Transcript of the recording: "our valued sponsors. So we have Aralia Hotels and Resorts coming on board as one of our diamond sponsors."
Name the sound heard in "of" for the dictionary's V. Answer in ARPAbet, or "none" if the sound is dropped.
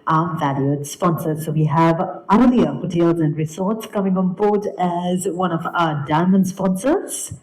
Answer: V